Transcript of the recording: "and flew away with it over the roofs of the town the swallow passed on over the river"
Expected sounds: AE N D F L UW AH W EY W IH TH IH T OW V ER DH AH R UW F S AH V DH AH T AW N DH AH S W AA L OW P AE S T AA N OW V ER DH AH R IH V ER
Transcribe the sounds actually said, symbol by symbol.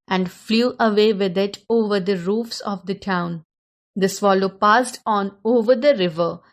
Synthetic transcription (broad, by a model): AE N D F L UW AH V EY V IH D IH T OW V ER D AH R UW F S AH V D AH T AW N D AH S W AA L OW P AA S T AA N OW V ER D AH R IH V ER